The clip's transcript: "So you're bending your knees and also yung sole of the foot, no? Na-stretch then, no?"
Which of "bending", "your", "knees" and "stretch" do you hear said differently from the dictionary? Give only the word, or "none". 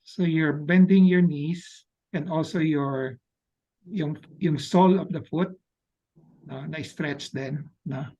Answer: knees